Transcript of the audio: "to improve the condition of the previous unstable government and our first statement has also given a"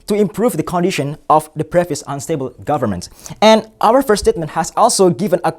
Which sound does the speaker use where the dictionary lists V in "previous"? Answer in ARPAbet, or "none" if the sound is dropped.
F